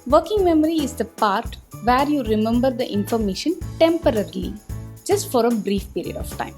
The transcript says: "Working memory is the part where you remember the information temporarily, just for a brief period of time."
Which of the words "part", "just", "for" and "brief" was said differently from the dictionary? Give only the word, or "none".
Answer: none